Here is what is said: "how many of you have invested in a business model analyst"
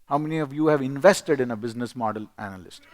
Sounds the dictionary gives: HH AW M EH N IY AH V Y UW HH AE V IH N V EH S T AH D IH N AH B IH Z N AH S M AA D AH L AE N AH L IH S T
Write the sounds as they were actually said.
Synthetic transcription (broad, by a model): HH AW M EH N IY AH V Y UW HH AE V IH N V EH S T AH D IH N AH B IH Z N AH S M AA D AH L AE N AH L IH S T